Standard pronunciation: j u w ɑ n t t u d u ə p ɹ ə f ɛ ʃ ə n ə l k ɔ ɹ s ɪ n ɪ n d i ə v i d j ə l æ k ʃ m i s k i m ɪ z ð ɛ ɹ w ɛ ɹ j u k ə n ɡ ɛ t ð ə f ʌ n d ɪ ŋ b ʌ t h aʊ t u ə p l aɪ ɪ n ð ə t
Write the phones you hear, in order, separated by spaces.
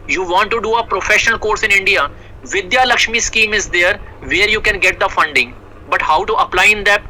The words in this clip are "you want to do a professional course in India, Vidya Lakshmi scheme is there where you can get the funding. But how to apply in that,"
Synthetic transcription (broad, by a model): j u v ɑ n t t u d u ə p ɹ ə f ɛ ʃ ə n ə l k ɔ ɹ s ɪ n ɪ n d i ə v i d j ə l æ k ʃ m i s k i m ɪ z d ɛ ɹ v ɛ ɹ j u k ə n ɡ ɛ t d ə f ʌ n d ɪ ŋ b ʌ t h aʊ t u ə p l aɪ ɪ n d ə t